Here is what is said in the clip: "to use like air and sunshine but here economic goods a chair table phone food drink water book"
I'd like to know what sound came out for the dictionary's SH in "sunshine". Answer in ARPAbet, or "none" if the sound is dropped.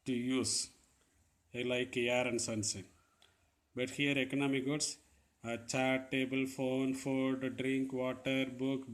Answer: S